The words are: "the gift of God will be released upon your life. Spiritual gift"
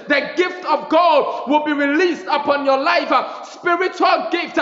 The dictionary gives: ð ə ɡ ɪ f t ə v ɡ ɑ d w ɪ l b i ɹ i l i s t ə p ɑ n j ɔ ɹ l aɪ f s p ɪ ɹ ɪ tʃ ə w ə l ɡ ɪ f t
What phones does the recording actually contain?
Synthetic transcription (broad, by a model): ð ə ɡ ɪ f t ə v ɡ ɑ d w ɪ l b i ɹ i l i s t ə p ɑ n j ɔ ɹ l aɪ f s p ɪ ɹ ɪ tʃ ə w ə l ɡ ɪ f t